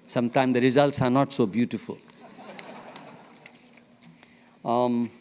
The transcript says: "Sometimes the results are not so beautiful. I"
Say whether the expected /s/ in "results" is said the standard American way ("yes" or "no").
yes